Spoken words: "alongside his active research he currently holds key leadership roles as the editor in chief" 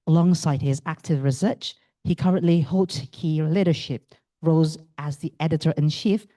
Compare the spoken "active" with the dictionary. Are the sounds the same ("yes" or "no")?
yes